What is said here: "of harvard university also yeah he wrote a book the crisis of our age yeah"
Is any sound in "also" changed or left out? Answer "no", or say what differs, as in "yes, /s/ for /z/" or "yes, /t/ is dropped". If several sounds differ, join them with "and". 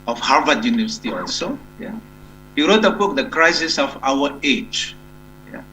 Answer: yes, /l/ is dropped